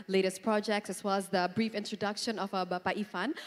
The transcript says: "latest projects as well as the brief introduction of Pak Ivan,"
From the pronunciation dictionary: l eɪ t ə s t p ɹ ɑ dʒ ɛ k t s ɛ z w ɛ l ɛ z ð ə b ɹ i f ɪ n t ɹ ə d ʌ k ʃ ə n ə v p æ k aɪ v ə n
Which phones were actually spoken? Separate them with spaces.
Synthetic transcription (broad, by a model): l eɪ t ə s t p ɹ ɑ dʒ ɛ k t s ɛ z w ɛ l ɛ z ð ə b ɹ i f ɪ n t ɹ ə d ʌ k ʃ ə n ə b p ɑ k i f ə n